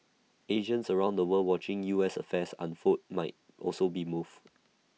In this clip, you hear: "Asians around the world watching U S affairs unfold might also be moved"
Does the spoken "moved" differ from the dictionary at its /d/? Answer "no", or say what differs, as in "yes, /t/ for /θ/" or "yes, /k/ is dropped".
yes, /d/ is dropped